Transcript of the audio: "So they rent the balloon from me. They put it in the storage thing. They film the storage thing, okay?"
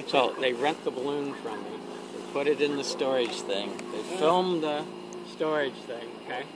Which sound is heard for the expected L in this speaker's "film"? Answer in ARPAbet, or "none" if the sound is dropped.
L